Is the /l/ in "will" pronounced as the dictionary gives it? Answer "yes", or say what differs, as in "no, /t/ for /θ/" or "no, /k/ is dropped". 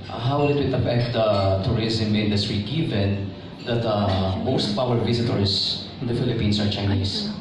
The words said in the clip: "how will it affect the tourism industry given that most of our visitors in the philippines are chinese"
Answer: no, /w/ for /l/